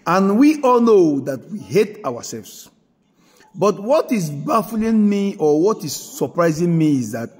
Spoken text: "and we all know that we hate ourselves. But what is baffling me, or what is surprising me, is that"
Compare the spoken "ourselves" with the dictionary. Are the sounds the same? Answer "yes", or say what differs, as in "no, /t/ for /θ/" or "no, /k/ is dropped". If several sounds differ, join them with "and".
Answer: no, /w/ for /ɹ/